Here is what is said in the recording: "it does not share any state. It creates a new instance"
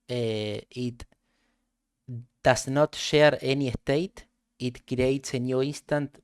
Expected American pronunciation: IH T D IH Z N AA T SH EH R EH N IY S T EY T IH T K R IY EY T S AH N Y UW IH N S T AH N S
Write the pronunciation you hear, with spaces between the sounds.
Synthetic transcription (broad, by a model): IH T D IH S N AA T SH EH R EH N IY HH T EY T IH T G R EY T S AH N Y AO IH N S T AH N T